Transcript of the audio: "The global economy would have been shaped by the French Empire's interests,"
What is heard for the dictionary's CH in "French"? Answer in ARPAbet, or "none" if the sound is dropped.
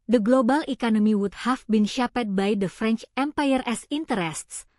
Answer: CH